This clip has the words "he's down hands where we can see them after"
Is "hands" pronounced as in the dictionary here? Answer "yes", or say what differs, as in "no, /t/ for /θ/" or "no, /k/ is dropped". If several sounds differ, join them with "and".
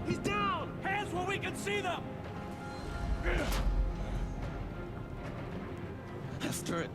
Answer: no, /n/ is dropped